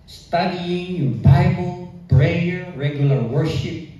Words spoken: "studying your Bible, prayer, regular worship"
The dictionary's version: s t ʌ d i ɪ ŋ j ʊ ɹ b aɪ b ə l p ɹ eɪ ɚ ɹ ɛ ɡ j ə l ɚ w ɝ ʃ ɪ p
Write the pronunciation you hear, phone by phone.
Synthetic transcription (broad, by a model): s t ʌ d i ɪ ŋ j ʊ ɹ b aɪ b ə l b ɹ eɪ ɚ ɹ ɛ ɡ j ə l ɚ w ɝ ʃ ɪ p